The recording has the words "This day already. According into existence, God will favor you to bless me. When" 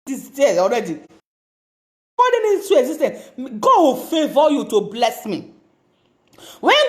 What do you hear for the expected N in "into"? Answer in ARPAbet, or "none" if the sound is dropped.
none